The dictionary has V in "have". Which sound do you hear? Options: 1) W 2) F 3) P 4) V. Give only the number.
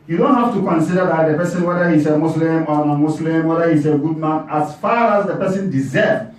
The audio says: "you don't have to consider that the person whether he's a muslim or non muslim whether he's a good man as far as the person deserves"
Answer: 2